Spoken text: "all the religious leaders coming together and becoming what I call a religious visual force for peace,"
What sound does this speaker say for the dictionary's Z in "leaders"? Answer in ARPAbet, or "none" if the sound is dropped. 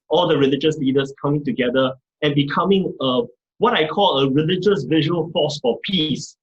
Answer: S